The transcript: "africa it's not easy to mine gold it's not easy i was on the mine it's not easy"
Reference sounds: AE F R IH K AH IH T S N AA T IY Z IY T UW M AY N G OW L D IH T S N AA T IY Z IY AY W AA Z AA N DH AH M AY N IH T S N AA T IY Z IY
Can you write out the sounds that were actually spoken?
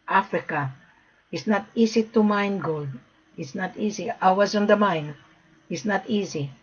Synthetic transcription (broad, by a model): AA F R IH K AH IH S N AA T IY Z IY T UW M AY N G OW L D IH T S N AA T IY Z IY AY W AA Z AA N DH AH M AY N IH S N AA T IY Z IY